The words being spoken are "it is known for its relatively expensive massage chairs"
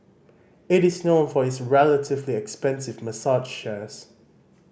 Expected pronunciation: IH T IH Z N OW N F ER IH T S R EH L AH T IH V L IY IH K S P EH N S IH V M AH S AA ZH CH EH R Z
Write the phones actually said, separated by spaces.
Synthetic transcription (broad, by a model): IH T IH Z N OW N F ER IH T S R EH L AH T IH V L IY IH K S P EH N S IH V M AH S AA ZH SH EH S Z